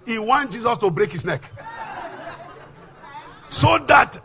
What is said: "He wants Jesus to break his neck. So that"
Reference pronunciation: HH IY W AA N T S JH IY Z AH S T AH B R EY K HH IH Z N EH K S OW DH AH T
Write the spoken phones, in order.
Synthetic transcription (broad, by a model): HH IY W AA N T JH IY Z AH S T AH B R EY K HH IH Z N EH K S OW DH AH T